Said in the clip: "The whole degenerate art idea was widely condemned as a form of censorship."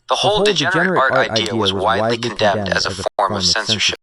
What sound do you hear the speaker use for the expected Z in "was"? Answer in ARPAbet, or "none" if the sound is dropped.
Z